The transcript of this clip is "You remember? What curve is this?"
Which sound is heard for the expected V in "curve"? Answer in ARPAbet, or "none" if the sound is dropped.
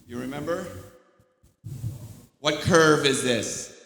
V